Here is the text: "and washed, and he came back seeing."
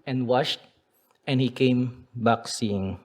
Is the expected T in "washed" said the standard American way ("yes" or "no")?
yes